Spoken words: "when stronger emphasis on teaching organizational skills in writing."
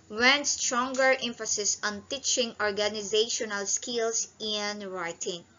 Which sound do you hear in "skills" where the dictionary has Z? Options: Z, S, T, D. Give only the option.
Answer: S